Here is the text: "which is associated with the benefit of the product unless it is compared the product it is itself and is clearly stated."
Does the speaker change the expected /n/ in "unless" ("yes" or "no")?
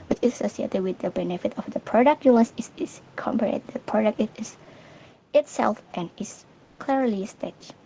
yes